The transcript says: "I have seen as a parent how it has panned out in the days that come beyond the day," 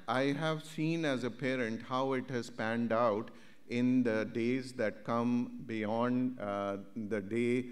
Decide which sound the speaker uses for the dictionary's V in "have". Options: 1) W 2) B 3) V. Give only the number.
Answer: 3